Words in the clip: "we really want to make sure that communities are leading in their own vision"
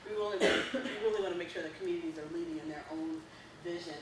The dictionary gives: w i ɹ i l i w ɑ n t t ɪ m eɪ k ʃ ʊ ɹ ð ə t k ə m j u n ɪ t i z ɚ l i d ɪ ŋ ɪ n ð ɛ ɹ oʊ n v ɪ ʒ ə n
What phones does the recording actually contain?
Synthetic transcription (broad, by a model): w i l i w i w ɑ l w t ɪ m eɪ k ʃ ʊ ɹ ð ə t k m j u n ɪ t i z ɚ l i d ɪ ŋ ɪ n ð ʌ ɹ oʊ n v ɪ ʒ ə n